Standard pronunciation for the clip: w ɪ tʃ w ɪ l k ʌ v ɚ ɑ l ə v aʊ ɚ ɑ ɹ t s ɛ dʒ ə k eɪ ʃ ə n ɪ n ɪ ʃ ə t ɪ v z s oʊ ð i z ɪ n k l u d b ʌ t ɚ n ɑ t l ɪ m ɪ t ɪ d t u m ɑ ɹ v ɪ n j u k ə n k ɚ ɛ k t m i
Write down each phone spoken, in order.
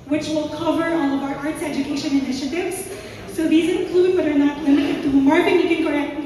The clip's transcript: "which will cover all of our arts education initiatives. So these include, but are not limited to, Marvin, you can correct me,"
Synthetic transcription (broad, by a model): w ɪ tʃ w ɪ l k ʌ v ɚ ɑ l ə v aʊ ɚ ɑ ɹ t s ɛ dʒ ə k eɪ ʃ ə n ɪ n ɪ ʃ ə t ɪ v z s oʊ ð i z ɪ n k l u d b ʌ t ɚ n ɑ t l ɪ m ɪ t ɪ d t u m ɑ ɹ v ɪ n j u k ə n k ɚ ɛ k t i